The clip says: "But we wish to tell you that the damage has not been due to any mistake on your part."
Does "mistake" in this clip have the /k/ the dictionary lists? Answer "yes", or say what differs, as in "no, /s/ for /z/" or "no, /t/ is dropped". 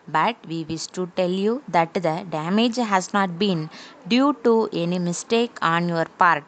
yes